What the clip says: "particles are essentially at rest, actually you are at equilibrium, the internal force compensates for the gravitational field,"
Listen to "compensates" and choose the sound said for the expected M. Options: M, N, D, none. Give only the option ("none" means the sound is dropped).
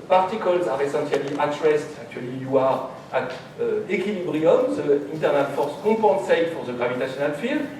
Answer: none